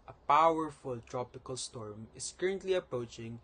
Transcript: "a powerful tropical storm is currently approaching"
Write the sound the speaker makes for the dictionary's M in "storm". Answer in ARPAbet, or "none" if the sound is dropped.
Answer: M